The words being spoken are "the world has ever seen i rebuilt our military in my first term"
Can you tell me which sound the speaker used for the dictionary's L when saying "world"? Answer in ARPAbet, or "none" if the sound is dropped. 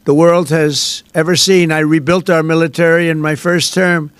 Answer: L